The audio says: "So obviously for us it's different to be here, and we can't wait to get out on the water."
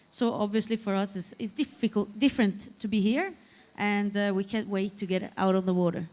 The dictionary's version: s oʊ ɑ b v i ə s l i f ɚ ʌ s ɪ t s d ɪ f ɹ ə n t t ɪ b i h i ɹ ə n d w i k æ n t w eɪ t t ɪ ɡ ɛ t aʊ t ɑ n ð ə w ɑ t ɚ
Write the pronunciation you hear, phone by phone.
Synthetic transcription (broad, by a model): s oʊ ɑ b v i ə s l i f ɚ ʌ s ɪ t s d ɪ f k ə l t t ɪ b i h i ɹ ə n d w i k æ n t w eɪ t t ɪ ɡ ɛ t aʊ t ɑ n ð ə w ɑ t ɚ